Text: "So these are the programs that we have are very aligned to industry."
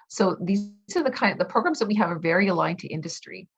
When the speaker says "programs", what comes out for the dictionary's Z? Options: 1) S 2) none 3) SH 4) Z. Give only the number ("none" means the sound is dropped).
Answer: 4